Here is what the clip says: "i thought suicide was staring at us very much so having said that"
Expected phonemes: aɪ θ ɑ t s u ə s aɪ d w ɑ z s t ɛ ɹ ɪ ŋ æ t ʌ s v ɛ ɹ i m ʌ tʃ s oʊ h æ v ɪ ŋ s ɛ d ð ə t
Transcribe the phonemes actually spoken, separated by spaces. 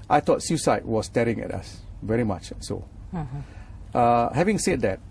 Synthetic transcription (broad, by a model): aɪ t ɑ t s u s aɪ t w ɑ s t ɛ ɹ ɪ ŋ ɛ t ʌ s v ɛ ɹ i m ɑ tʃ s oʊ h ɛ v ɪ ŋ s ɛ d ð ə t